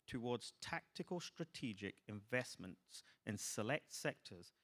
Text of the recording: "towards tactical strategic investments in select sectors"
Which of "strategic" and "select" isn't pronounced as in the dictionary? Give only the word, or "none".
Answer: none